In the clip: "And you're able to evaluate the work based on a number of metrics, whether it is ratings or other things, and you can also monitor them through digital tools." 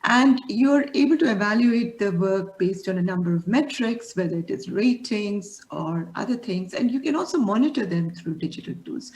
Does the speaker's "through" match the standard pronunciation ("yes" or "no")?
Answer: no